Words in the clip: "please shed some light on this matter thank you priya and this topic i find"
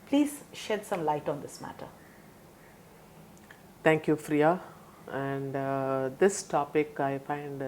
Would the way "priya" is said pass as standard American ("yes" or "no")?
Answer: no